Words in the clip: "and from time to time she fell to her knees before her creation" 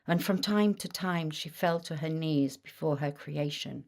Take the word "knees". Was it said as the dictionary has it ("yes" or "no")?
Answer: yes